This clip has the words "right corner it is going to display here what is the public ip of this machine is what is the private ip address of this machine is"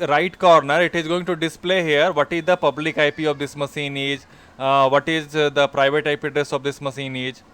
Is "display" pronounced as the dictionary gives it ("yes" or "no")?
yes